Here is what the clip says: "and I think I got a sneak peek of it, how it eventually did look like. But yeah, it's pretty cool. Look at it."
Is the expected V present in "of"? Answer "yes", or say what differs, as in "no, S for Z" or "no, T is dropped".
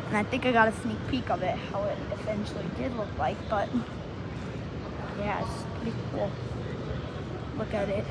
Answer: yes